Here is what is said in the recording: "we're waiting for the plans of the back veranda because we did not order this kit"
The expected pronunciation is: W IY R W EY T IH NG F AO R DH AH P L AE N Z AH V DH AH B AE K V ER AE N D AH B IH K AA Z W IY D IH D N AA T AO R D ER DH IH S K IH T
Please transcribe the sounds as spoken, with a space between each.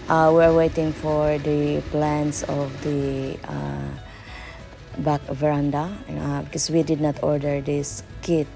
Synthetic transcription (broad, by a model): W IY R W EY T IH NG F AO R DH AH P L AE N S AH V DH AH B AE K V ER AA N D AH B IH K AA S W IY D IH D N AA T AO R D ER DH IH S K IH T